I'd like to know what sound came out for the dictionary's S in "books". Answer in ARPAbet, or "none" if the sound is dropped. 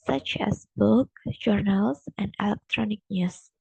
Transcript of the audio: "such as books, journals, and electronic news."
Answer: none